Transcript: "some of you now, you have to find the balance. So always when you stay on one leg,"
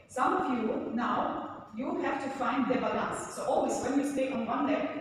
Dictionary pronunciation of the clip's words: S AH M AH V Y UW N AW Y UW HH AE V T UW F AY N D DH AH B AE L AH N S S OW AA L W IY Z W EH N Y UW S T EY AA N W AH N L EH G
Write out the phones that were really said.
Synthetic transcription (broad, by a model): S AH M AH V Y UW N AW Y UW HH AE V T UW F AY N D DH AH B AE L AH N S S OW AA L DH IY S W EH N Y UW S T EY AA N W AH N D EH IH